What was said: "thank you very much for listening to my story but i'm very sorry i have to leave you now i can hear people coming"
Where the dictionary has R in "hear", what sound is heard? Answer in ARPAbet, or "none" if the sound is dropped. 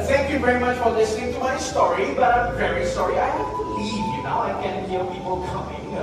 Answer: L